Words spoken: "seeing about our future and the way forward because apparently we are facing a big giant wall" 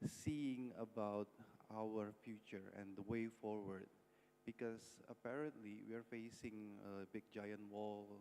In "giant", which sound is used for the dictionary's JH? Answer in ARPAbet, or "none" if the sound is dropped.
JH